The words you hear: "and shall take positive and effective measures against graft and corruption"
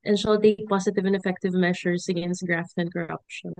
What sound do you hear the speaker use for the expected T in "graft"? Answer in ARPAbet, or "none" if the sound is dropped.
T